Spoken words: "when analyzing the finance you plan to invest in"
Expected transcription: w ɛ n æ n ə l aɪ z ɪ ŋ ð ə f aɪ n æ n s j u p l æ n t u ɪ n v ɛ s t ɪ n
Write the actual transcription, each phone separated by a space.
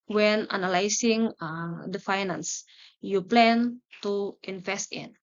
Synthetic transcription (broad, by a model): w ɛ n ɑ n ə l aɪ s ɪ ŋ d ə f aɪ n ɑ n s j u p l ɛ n t u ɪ n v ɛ s t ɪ n